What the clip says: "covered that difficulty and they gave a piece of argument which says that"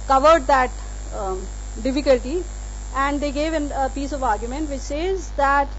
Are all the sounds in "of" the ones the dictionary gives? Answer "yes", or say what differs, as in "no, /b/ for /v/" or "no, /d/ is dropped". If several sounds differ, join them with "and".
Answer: yes